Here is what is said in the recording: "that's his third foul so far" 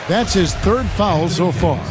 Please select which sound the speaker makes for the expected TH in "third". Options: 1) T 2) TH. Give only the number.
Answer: 2